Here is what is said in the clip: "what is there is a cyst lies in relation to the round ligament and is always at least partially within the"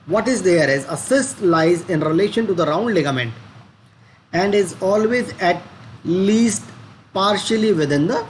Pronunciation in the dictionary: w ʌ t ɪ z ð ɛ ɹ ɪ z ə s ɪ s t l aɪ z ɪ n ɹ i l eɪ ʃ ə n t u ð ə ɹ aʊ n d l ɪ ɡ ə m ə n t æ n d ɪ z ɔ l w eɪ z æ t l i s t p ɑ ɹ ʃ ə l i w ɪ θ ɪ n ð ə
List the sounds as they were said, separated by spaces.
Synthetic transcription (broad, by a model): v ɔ t ɪ z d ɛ ɹ ɪ z ə s ɪ s t l aɪ z ɪ n ɹ i l eɪ ʃ ə n t u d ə ɹ aʊ n d l ɪ ɡ ə m ə n t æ n d ɪ z ɔ l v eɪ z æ t l i s t p ɑ ɹ ʃ ə l i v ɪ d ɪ n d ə